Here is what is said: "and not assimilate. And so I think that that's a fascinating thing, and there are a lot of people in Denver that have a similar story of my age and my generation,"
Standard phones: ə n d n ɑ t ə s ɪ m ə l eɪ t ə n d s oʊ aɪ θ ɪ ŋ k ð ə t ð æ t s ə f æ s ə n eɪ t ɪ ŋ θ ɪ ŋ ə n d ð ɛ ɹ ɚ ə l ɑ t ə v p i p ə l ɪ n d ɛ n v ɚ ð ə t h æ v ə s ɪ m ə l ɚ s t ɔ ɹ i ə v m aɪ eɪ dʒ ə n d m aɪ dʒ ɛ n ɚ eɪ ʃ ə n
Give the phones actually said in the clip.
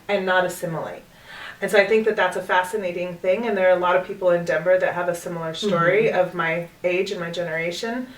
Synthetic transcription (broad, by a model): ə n n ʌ t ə s ɪ m l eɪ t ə n s oʊ aɪ θ ɪ ŋ k ð ə t ð æ t s ə f æ s ə n eɪ t ɪ ŋ θ ɪ ŋ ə n ð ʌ ɹ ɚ ə l ɑ t ə v p i p l ɪ n d ɛ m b ɚ ð ə t h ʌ v ə s ɪ m l ɚ s t ɔ ɹ i ə v m aɪ eɪ dʒ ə n m aɪ dʒ ɛ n ɚ eɪ ʃ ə n